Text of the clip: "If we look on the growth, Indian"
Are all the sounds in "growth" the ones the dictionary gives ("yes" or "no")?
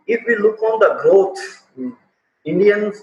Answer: no